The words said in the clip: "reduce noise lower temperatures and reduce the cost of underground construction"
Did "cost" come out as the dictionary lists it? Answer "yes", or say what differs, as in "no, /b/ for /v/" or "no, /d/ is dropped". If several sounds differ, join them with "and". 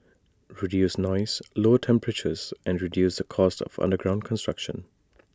yes